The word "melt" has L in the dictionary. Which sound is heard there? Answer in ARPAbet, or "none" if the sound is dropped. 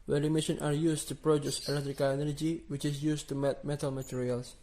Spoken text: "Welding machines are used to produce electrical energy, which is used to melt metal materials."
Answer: none